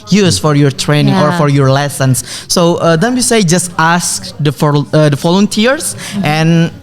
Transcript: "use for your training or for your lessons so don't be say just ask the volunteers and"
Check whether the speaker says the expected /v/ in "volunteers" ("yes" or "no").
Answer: no